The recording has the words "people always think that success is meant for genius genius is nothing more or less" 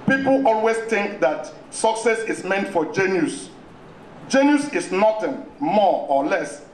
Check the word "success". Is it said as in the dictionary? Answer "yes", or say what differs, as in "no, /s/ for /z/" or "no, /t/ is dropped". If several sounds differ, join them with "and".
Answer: yes